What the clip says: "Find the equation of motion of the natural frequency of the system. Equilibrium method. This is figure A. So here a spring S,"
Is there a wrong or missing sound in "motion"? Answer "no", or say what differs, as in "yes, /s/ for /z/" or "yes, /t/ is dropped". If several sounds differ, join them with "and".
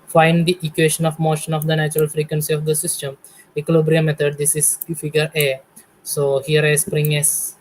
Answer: no